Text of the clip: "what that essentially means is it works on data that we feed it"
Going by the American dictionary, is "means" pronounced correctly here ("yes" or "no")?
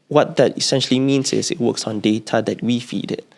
no